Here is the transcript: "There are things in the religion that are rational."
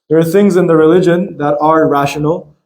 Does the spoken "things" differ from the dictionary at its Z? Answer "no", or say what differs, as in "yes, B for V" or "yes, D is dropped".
no